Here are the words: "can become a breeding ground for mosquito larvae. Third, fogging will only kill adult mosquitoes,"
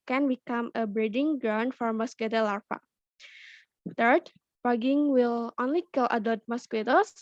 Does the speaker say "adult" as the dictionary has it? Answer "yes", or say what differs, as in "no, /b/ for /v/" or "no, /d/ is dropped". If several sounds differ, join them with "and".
no, /l/ is dropped